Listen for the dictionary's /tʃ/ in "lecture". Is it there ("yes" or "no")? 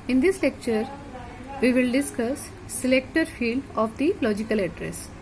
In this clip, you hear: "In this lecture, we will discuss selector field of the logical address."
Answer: yes